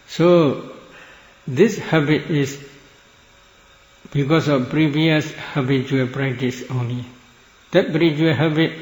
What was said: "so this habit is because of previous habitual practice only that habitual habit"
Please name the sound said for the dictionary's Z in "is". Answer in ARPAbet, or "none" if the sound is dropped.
S